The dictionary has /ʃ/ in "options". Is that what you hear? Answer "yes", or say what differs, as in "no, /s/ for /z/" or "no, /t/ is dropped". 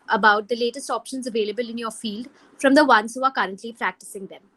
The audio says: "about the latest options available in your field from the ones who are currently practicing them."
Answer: yes